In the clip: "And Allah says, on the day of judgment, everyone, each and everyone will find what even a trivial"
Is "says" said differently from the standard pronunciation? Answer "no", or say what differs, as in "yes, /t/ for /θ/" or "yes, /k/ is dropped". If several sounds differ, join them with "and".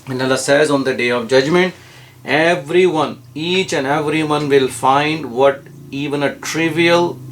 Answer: no